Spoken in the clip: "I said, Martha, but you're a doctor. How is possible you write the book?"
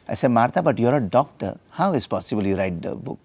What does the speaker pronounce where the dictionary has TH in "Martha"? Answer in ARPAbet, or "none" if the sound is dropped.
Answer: T